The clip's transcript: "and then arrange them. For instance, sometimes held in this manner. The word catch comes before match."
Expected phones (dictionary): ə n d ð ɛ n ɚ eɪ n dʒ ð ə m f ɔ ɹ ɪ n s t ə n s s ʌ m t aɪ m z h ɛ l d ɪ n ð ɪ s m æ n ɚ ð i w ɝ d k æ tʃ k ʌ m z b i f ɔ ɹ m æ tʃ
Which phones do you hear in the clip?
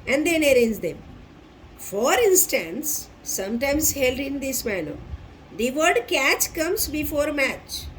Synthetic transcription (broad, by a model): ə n d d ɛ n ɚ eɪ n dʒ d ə m f ɔ ɹ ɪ n s t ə n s s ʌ m t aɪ m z h ɛ l d ɪ n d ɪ s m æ l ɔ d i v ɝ d k æ tʃ k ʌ m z b i f ɔ ɹ m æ tʃ